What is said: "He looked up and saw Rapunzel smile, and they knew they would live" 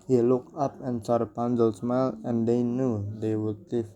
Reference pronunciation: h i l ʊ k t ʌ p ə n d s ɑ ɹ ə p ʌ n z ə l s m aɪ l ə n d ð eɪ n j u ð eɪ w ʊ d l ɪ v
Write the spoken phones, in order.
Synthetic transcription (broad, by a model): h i l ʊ k ʌ p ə n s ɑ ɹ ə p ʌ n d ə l s m aɪ l ə n d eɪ n j u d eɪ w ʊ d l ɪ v